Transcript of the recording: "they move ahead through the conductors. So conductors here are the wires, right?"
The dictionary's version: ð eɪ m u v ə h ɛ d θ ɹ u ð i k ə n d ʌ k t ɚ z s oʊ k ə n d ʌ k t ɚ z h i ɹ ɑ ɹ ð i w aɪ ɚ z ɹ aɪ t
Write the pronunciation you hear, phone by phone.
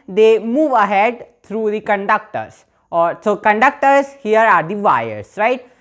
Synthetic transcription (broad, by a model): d eɪ m u v ə h ɛ d t ɹ u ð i k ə n d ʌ k t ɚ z s oʊ k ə n d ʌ k t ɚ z h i ɹ ɑ ɹ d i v aɪ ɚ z ɹ aɪ t